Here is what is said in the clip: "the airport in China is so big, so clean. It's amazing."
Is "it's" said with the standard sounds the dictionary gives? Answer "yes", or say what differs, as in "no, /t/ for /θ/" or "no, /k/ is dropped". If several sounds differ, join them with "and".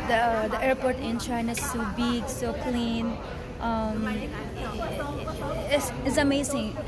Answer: no, /s/ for /t/